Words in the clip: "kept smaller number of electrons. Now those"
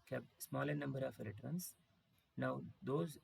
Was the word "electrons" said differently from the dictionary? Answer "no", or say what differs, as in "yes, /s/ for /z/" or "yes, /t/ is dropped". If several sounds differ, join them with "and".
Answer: yes, /k/ is dropped and /s/ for /z/